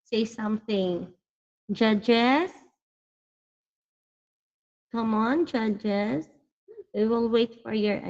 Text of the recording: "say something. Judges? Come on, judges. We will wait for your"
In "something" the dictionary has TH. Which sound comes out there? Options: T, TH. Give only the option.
TH